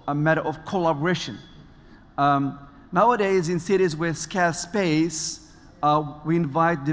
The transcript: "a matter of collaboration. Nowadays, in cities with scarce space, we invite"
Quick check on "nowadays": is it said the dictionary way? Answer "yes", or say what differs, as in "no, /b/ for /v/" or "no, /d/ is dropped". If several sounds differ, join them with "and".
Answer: yes